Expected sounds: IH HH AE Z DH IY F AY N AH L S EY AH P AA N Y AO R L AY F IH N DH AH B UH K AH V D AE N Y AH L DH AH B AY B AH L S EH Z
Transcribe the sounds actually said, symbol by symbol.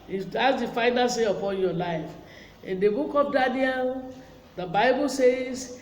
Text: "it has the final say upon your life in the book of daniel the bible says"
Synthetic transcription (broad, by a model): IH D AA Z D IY F AY N AH L S EY AH P AA N Y AO L AY F IH N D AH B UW K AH P D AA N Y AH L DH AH B AY B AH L S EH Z